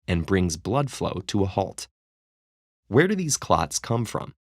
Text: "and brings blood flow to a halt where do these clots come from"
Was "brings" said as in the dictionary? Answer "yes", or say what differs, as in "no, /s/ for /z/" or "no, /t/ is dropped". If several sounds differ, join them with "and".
yes